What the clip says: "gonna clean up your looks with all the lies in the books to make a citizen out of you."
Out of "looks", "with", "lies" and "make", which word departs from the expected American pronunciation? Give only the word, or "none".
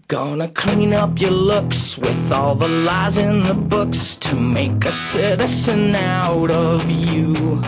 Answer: none